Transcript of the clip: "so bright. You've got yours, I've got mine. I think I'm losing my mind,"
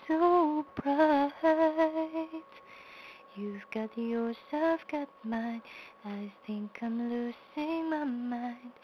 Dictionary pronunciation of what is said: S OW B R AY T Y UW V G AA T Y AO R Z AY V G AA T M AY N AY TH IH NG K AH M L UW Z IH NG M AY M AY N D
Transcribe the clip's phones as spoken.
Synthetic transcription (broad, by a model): S OW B R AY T Y UW V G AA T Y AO R S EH F G AA T M AY N AY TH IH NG K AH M L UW S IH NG M AY M AY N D